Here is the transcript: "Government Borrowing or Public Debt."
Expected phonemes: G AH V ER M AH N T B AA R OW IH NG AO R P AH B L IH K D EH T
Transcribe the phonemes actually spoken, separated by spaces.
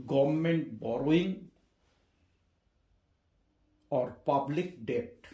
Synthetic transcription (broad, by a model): G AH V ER M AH N T B AA R OW IH NG AO R P AH B L IH K D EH T